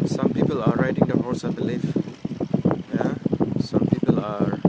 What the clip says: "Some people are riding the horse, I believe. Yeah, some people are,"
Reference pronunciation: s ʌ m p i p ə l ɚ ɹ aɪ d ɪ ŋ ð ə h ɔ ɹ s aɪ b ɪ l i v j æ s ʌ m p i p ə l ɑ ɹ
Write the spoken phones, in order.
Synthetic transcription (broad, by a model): s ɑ m p i p ə l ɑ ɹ aɪ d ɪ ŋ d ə h ɔ ɹ s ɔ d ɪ l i f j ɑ s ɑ m p i p ə l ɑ ɹ